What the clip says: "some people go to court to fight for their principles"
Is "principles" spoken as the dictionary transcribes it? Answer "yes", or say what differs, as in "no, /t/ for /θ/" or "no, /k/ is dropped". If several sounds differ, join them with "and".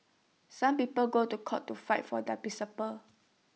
no, /ɹ/ is dropped and /n/ is dropped